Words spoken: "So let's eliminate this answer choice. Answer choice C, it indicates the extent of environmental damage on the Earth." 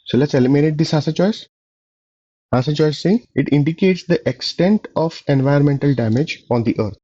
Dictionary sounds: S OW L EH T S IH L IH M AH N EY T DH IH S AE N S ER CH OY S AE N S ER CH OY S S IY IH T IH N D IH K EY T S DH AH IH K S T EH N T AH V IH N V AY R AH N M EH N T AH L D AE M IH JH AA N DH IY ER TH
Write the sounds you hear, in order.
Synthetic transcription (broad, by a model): S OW L EH T S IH L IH M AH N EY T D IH S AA S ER CH OY S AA S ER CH OY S S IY IH T IH N D IH K EY T S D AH IH K S T EH N T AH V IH N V AY AH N M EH N T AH L D AE M IH JH AA N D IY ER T